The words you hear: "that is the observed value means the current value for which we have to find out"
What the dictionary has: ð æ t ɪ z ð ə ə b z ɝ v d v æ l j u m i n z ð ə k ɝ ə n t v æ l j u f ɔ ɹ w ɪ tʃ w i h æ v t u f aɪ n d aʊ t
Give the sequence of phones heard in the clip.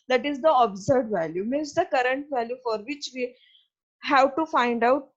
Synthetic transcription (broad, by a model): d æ t ɪ z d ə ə b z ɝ d v æ l j u m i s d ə k ɝ ə n t v æ l j u f ɔ ɹ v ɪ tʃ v i h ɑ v t u f aɪ n d aʊ t